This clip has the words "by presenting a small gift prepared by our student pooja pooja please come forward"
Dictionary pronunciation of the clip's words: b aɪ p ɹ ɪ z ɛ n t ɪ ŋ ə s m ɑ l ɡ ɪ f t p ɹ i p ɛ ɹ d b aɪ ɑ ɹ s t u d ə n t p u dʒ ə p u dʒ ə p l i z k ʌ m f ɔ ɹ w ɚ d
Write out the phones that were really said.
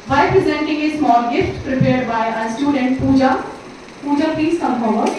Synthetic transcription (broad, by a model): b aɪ p ɹ ɪ z ɛ n t ɪ ŋ ə s m ɑ l ɡ ɪ f t p ɹ i p ɛ ɹ d b aɪ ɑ s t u d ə n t p u dʒ ə p u dʒ ə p i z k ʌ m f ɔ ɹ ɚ